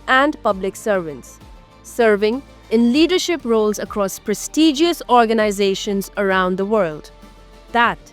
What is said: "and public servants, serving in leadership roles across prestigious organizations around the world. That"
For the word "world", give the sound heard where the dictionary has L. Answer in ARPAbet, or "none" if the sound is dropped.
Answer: L